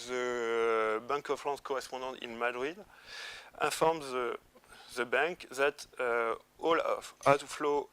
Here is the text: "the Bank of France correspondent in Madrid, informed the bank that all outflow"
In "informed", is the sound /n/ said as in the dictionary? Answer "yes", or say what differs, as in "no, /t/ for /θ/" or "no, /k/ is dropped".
no, /n/ is dropped